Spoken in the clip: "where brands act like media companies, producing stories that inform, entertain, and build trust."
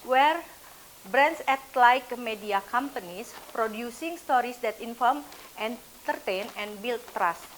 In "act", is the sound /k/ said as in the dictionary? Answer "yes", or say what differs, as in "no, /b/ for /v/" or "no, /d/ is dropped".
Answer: no, /k/ is dropped